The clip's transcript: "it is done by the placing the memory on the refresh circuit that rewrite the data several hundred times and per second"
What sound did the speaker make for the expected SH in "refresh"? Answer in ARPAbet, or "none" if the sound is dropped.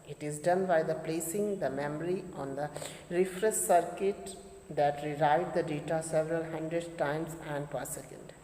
S